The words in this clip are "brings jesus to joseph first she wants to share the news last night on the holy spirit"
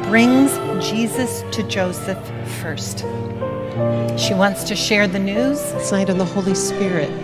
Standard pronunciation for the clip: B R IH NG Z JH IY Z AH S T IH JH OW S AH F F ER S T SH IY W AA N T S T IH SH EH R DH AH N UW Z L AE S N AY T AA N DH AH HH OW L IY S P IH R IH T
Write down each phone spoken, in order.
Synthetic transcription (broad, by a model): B R IH NG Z JH IY Z AH S T IH JH OW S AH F F ER S T SH IY W AA N T S T IH SH EH R DH AH N UW Z S AY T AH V DH AH HH OW L IY S P IH R IH T